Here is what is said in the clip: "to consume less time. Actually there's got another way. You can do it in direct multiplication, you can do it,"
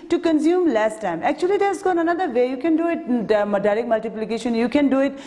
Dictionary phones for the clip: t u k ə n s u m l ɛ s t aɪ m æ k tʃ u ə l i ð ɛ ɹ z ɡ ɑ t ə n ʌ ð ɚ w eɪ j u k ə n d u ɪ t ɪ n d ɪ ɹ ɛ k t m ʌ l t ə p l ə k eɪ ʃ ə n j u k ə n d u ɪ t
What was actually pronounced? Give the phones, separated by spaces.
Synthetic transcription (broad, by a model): t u k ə n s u m l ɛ s t aɪ m æ k tʃ u ə l i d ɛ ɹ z ɡ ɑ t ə n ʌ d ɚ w eɪ j u k ə n d u ɪ t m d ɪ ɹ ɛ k m ʌ l t ə p l ə k eɪ ʃ ə n j u k ə n d u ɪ t